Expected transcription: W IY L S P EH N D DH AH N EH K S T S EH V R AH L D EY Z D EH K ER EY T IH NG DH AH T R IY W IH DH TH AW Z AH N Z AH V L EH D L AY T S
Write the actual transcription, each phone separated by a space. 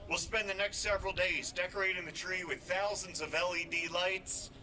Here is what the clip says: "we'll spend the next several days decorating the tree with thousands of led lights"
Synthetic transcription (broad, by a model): W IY L S P EH N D DH AH N EH K S T S EH V R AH L D EY Z D EH K ER EY T IH NG DH AH T R IY W IH DH TH AW Z AH N Z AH V L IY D L AY T S